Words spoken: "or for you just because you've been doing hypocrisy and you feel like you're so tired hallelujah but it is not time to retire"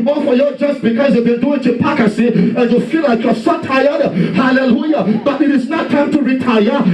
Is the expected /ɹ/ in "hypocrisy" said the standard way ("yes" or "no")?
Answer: no